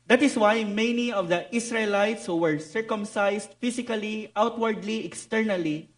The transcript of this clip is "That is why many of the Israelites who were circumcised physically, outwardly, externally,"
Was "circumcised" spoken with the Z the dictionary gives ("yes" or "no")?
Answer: no